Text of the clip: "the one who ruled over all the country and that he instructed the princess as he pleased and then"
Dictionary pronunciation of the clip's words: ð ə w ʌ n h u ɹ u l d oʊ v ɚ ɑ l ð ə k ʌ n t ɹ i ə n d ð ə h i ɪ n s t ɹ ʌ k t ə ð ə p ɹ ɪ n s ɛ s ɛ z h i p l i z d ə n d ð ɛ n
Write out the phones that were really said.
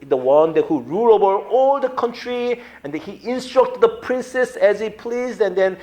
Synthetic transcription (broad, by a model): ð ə w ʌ n h u ɹ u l oʊ v ɚ ɑ l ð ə k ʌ n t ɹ i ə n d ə h i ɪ n s t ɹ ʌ k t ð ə p ɹ ɪ n s ɛ s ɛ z h i p l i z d ə n d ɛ n